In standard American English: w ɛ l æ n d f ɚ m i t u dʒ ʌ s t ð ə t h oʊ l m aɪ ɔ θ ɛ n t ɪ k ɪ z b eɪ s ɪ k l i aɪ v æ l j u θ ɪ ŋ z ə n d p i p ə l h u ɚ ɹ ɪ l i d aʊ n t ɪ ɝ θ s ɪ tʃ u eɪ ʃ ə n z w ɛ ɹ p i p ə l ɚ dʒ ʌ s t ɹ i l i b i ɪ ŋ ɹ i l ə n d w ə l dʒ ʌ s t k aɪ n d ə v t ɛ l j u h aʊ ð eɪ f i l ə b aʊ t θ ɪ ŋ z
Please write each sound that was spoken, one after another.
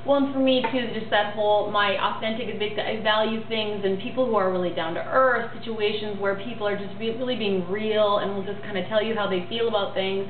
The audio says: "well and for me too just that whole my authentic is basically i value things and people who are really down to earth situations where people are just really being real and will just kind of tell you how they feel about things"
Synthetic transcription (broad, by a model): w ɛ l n f ɚ m i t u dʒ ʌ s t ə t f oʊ l m aɪ ɔ θ ɛ n t ɪ k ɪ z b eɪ ɪ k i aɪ v æ l j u θ ɪ ŋ z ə n p i p l h u ɚ ɹ ɪ l i d aʊ n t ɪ ɝ θ s ɪ tʃ u eɪ ʃ ə n z w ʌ ɹ p i p l ɚ dʒ ʌ s t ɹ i l i b i ɪ ŋ ɹ i l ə n w ə l dʒ ʌ s k aɪ n d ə t ɛ l j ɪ h aʊ ð eɪ f i l ə b aʊ t θ ɪ ŋ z